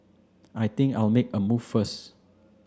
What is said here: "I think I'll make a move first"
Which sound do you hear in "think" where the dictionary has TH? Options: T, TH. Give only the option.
T